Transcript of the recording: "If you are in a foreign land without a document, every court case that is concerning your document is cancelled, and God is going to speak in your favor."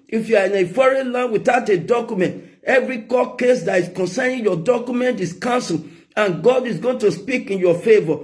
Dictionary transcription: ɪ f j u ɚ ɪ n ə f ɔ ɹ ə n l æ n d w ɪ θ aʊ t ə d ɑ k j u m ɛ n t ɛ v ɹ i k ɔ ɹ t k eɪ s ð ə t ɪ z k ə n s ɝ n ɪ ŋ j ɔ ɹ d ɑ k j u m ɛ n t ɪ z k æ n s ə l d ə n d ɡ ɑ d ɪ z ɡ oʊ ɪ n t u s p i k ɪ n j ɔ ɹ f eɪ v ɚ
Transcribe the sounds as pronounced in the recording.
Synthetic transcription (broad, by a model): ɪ f j u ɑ ɪ n ə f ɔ ɹ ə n l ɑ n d w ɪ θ aʊ t ə d ɑ k j u m ɛ n t ɛ v ɹ i k ɔ k eɪ s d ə t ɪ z k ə n s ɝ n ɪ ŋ j ɔ d ɑ k j u m ɛ n t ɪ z k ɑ n s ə l ə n ɡ ɑ d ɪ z ɡ oʊ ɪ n t u s p i k ɪ n j ɔ f eɪ v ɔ